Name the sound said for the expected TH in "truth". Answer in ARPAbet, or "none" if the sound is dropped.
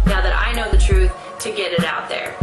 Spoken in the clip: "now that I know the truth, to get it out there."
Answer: TH